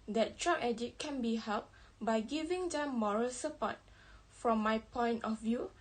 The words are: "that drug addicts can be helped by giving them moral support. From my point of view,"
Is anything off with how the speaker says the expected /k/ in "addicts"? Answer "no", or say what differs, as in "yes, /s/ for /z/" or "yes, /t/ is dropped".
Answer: yes, /k/ is dropped